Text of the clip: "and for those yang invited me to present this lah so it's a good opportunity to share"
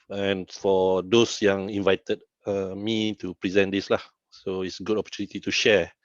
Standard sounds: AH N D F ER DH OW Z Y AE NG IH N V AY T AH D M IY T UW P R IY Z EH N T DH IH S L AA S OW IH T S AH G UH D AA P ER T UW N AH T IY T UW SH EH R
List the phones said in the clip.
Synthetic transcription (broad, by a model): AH N F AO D OW S Y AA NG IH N V AY T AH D M IY T UW P R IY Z EH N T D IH S L AA S OW IH T S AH G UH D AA P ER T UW N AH T IY T UW SH EH